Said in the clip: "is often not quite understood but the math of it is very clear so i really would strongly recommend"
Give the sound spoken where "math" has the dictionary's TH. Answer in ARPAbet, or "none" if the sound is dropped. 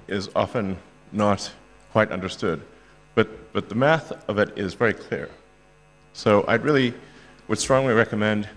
TH